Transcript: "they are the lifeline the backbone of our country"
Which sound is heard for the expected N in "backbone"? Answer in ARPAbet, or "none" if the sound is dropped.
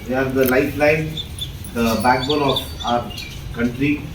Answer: L